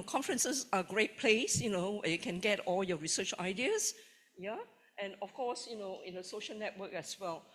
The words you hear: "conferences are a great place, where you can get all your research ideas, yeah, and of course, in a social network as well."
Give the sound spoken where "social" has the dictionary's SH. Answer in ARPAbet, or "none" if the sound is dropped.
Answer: SH